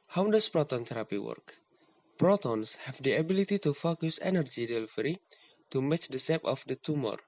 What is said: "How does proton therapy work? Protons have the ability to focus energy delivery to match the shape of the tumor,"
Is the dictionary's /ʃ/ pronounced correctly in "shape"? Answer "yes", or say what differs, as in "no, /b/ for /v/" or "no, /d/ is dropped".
no, /s/ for /ʃ/